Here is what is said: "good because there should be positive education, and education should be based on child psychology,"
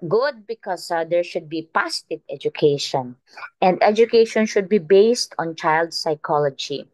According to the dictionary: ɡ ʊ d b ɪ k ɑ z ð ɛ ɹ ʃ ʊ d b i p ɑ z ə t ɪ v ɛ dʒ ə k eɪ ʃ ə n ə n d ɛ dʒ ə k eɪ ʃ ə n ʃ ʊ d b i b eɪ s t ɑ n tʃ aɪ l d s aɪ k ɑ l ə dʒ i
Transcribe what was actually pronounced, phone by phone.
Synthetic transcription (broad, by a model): ɡ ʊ d b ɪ k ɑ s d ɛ ɹ ʃ ʊ d b i p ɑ s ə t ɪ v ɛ dʒ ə k eɪ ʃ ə n ə n d ɛ dʒ ə k eɪ ʃ ə n ʃ ʊ d b i b eɪ s t ɑ n tʃ aɪ l d s aɪ k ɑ l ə dʒ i